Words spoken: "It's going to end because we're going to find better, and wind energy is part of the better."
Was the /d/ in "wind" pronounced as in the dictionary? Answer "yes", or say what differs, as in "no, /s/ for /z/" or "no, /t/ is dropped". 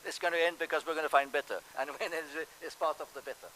no, /d/ is dropped